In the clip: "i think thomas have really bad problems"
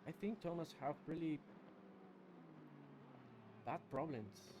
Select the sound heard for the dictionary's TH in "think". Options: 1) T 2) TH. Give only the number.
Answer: 2